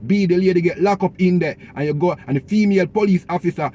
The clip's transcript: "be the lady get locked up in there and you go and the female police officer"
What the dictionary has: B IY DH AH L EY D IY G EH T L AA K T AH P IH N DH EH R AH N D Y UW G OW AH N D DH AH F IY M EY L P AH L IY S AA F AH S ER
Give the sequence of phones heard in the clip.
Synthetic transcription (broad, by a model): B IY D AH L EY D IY G EH T L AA K AO P IH N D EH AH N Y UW G OW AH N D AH F IY M EY L P AH L IY S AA F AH S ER